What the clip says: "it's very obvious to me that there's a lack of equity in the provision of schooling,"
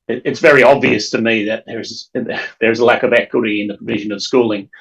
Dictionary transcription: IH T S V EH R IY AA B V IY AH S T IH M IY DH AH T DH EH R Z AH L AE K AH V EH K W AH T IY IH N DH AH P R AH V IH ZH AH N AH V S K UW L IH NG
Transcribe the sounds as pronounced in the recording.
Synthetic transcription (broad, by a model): IH T S V EH R IY AA B V IY AH S T IH M IY DH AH T DH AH R Z AH L AE K AH V EH K W AH T IY IH N DH AH P R AH V IH ZH AH N AH V S K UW L IH NG